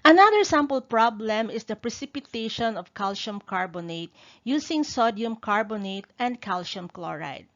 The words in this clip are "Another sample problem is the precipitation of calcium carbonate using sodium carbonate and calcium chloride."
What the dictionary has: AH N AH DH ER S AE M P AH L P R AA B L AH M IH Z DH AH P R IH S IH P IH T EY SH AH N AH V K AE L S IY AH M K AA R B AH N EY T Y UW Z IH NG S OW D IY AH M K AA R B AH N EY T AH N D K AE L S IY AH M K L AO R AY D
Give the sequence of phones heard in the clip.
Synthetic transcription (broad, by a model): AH N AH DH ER S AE M P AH L P R AA B L AH M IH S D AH P R IH S IH P IH T EY SH AH N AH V K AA L SH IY M K AA R B AH N EY T Y UW S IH NG S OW D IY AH M K AA R B AH N EY T AH N D K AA L SH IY M K L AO R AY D